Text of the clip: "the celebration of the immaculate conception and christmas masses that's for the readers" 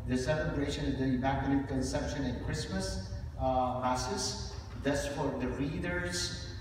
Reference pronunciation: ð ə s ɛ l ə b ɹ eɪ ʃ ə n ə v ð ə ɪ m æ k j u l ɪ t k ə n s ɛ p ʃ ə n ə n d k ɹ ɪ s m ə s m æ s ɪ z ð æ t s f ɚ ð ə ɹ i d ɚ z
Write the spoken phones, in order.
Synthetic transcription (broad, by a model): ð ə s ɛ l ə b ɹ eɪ ʃ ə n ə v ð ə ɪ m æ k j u n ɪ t k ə n s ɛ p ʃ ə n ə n k ɹ ɪ s m ə s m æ s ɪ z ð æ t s f ɚ ð ə ɹ i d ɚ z